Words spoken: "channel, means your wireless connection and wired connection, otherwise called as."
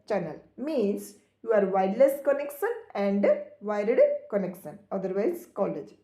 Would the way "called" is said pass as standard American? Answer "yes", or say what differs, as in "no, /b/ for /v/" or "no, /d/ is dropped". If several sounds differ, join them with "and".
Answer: no, /d/ is dropped